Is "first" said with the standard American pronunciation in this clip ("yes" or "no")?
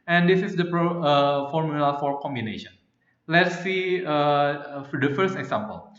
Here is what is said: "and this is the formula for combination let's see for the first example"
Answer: yes